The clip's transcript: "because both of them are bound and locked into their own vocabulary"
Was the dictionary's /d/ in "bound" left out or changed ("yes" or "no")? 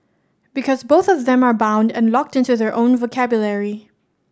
no